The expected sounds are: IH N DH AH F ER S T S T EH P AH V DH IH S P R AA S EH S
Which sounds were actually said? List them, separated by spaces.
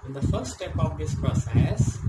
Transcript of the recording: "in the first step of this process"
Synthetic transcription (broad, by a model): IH N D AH F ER T S T EH P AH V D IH S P R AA S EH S